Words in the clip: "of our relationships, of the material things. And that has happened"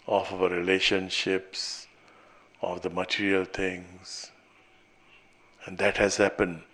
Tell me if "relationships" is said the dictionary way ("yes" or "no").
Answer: yes